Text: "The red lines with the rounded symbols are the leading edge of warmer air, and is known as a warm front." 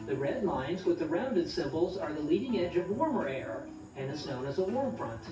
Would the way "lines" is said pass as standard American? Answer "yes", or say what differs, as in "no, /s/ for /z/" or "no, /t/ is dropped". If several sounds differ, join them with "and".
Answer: yes